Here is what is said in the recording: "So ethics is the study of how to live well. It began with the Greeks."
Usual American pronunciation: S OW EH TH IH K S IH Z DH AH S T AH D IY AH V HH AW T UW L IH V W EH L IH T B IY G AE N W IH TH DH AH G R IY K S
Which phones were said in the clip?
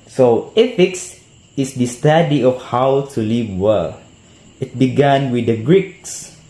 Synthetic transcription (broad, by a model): S OW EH F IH K S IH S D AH S T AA D IY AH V HH AW T UW L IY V W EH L IH T B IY G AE N W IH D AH G R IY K S